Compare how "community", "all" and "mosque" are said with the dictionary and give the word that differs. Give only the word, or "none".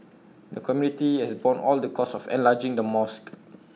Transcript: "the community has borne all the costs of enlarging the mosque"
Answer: none